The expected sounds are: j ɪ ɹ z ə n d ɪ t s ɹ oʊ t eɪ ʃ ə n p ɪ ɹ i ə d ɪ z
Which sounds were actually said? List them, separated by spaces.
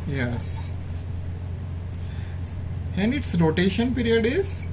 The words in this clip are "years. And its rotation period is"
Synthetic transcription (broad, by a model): j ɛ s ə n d ɪ t s ɹ oʊ t eɪ ʃ ə n p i ɹ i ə d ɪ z